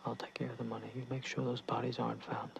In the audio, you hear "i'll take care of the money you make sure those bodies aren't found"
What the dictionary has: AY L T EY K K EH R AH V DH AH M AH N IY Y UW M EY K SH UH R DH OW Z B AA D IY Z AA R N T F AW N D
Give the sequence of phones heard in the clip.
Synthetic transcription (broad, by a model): AY L T EY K K EH R AH V DH AH M AH N IY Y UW M EY K SH UH R DH OW Z B AA D IY Z AA R N T F AW N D